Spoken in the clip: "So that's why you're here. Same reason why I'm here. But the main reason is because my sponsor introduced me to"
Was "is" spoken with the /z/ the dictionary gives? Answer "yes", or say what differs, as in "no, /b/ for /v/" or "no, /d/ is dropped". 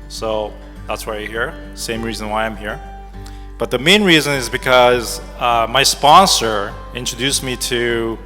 yes